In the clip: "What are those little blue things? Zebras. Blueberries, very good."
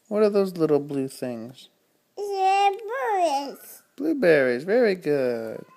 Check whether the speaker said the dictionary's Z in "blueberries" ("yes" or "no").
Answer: yes